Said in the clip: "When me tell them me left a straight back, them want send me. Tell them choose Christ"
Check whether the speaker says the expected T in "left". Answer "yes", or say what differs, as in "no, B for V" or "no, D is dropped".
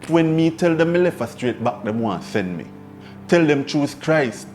no, T is dropped